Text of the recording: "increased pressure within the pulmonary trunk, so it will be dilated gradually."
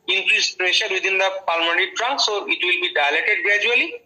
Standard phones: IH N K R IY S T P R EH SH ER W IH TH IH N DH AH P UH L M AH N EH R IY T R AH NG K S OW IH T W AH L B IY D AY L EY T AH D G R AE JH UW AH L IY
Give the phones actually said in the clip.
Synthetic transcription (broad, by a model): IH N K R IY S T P R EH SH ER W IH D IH N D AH P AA L M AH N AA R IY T R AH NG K S OW IH T W AH L B IY D AY L EY T AH D G R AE JH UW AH L IY